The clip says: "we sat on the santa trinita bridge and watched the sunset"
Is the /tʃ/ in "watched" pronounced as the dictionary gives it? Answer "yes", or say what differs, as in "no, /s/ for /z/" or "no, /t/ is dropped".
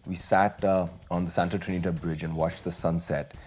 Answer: yes